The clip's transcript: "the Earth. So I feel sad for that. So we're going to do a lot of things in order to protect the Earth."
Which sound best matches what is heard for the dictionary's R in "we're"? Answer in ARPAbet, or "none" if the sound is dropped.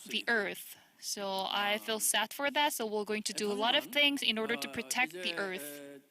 L